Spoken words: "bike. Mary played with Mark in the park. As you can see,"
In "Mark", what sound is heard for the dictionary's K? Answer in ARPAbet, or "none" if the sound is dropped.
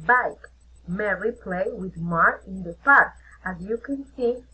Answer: none